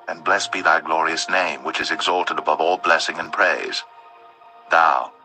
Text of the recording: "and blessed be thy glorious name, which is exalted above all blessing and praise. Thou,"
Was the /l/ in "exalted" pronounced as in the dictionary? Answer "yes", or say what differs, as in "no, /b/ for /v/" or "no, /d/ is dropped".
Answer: yes